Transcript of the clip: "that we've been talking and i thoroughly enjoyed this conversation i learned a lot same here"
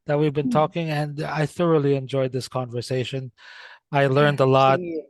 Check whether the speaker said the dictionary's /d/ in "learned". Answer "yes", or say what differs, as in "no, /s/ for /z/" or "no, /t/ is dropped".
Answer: yes